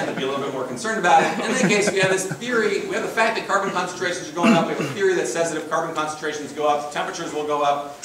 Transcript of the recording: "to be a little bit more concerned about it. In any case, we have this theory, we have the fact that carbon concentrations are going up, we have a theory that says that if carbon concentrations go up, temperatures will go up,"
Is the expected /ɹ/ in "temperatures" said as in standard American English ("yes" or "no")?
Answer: yes